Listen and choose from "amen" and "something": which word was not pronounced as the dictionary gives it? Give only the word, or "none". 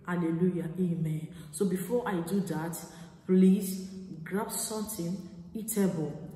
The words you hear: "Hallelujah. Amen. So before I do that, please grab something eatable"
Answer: something